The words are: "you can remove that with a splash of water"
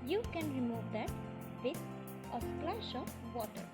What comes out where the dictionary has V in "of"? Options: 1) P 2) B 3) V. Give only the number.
1